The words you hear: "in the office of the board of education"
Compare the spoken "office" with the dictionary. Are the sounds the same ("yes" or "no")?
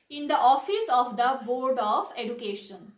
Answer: yes